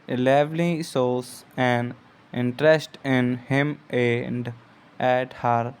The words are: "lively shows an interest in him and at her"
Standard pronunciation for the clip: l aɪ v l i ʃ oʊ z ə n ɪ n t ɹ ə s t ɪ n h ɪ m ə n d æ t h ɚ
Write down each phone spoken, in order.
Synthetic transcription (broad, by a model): l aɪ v l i s oʊ s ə n ɪ n t ɹ ə s t ɪ n h ɪ m ə n d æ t h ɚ